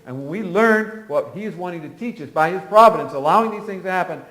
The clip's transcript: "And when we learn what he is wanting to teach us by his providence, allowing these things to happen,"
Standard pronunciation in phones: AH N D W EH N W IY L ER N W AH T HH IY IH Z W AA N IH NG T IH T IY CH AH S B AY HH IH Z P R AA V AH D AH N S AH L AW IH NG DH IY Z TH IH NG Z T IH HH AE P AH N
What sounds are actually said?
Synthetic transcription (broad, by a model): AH N W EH N W IY L ER N W AH T HH IY IH Z W AA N IH NG T IH T IY CH AH S B AY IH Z P R AA V AH D AH N S AH L AW IH NG DH IY Z TH IH NG Z T IH HH AE P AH N